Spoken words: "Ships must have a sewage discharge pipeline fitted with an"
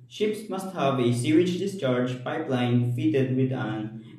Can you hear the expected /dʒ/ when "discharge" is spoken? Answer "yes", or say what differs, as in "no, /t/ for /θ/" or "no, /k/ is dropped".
yes